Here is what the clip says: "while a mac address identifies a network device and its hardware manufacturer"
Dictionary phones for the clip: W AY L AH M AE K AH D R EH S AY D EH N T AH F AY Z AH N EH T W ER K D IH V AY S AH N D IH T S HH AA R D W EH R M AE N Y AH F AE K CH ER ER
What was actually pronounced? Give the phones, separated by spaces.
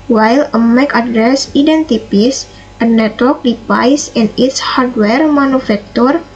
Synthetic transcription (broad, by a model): W AY L AH M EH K AH D R EH S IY D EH N T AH P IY S AH N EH T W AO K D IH P AY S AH N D IH T S HH AA R D W EH R M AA N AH F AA K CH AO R